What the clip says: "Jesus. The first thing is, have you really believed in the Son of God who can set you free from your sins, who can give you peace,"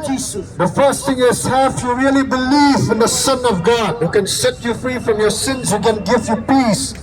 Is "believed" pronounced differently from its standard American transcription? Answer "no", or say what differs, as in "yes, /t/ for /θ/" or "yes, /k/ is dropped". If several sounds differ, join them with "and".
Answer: yes, /d/ is dropped